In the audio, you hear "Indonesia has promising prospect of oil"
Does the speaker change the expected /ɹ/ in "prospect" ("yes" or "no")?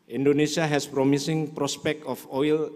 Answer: no